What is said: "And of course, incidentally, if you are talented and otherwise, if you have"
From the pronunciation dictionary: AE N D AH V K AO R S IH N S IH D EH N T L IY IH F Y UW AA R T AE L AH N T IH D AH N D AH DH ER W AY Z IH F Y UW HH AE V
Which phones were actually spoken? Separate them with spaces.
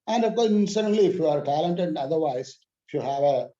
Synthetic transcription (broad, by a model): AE N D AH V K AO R S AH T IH N L IY IH F Y UW AA R T AE L AH N T IH D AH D AH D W AY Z IH F Y UW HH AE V